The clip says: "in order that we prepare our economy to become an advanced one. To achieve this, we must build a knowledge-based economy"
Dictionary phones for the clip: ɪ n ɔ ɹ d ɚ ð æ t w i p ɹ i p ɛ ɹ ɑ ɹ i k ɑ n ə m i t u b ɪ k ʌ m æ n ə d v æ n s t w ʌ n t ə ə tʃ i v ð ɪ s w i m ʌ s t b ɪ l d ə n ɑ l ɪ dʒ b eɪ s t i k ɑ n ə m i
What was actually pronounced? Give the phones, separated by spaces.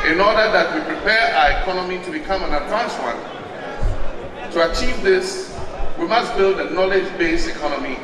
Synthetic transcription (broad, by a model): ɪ n ɔ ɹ d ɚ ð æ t w i p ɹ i p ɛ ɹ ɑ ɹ i k ɑ n ə m i t u b ɪ k ʌ m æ n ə d v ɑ n s w ʌ n t ə ə tʃ i v ð ɪ s w i m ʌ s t b ɪ l d ə n ɑ l ɪ dʒ b eɪ s t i k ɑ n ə m i